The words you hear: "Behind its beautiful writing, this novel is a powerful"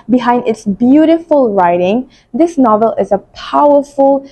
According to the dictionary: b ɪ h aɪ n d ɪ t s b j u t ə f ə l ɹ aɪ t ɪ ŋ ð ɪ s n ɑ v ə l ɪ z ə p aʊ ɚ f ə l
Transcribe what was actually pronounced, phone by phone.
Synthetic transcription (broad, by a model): b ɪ h aɪ n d ɪ t s b j u t ə f ə l ɹ aɪ t ɪ ŋ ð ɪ s n ɑ v ə l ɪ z ə p aʊ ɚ f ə l